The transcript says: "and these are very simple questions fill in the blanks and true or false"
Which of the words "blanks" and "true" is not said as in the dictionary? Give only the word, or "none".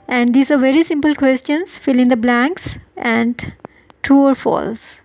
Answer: true